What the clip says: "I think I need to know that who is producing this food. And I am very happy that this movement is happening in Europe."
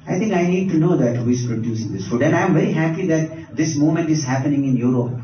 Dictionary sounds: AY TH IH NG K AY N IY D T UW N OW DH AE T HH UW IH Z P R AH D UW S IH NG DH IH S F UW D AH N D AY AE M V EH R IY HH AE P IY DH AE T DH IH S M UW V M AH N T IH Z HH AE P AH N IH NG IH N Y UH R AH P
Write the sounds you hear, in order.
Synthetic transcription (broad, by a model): AY T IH NG K AY N IY D T UW N OW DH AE T HH UW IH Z P R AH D UW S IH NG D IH S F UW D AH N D AY M V EH R IY HH AE P IY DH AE T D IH S M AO M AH N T IH Z HH AE P AH N IH NG IH N Y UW R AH P